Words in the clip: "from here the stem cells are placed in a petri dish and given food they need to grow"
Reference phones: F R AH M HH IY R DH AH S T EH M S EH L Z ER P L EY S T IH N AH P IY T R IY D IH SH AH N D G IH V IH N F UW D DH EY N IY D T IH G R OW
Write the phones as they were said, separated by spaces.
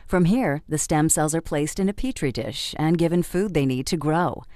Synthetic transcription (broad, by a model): F R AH M HH IY R DH AH S T EH M S EH L Z ER P L EY S T IH N AH P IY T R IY D IH SH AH N G IH V IH N F UW D DH EY N IY D T IH G R OW